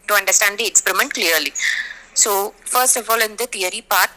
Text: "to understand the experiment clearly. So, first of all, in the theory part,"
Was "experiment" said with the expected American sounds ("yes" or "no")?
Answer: yes